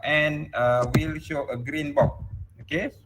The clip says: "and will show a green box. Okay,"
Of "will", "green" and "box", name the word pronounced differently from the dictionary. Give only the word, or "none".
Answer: box